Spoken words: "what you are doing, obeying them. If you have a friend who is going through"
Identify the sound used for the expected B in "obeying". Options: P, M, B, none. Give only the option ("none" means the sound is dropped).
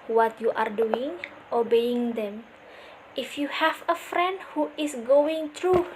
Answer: B